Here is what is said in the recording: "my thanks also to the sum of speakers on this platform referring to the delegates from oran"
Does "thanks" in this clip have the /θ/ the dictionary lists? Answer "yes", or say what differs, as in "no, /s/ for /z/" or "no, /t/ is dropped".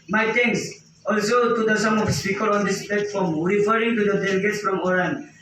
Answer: no, /t/ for /θ/